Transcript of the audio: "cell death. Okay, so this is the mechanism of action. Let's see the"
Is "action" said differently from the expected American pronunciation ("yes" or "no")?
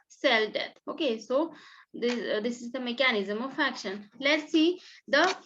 no